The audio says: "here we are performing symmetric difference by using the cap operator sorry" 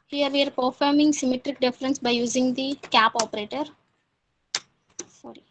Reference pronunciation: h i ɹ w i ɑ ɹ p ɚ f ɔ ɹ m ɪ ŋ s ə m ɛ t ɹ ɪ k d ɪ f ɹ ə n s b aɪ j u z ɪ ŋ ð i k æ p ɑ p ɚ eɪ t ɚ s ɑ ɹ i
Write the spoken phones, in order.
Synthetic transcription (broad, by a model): h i ɹ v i ɑ ɹ p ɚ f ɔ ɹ m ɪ ŋ s ə m ɛ t ɹ ɪ k d ɪ f ɹ ə n s b aɪ j u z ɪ ŋ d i k æ p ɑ p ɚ eɪ t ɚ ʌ ɹ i